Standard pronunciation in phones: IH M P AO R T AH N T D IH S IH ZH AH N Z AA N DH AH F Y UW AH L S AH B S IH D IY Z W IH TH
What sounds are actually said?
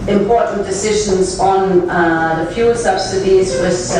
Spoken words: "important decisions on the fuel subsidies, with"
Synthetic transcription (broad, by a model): IH M P AO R T N D IH S IH ZH AH N Z N DH AH F Y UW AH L S AH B S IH D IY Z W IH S